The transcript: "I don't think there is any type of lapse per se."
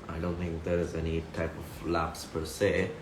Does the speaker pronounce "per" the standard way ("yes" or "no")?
yes